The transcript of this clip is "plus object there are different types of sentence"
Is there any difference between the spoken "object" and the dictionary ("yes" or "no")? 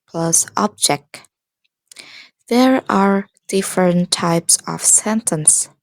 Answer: no